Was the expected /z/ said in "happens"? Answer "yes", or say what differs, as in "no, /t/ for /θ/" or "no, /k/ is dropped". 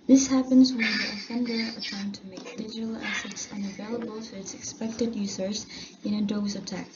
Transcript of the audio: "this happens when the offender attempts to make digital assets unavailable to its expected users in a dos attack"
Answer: yes